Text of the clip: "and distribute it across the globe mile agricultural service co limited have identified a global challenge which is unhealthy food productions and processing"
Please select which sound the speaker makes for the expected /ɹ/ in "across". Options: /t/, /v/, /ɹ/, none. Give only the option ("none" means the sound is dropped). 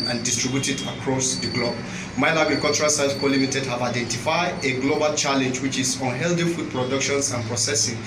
/ɹ/